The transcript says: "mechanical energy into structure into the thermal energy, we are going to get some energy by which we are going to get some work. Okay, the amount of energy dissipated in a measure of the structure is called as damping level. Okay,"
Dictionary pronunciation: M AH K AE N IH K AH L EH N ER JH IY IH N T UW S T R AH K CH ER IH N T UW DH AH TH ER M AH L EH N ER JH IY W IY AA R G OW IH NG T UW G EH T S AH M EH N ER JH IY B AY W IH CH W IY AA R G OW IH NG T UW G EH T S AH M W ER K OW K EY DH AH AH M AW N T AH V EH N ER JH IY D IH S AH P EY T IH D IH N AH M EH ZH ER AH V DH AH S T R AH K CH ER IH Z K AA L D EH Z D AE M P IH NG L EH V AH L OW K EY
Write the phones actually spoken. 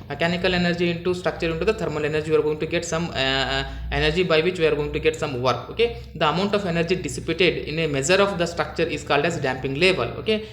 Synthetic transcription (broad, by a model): M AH K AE N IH K AH L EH N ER JH IY IH N T UW S T R AH K CH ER IH N T UW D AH T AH M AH L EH N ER JH IY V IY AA R G OW IH NG T UW G EH T S AH M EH N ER JH IY B AY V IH CH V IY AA R G OW IH NG T UW G EH T S AH M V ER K OW K EY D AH AH M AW N T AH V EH N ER JH IY D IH S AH P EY T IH D IH N AH M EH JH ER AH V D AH S T R AH K CH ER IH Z K AA L D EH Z D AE M P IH NG L EH V AH L OW K EY